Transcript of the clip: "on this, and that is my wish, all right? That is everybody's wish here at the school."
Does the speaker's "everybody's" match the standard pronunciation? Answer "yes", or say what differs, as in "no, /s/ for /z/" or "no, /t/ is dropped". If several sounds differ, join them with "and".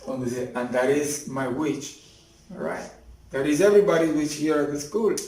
no, /z/ is dropped